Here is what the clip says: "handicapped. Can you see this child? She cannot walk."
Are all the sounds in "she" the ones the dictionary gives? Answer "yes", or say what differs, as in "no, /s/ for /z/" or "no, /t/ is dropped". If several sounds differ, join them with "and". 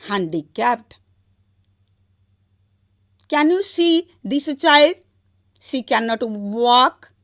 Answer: no, /s/ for /ʃ/